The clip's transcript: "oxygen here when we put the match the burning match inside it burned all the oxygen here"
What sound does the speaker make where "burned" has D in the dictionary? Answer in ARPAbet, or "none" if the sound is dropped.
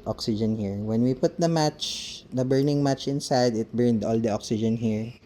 D